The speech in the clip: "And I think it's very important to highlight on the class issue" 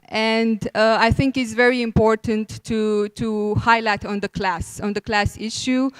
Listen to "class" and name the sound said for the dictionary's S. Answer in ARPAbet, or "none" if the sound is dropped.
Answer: S